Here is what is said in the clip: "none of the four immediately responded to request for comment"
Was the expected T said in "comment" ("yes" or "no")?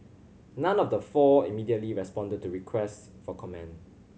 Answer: no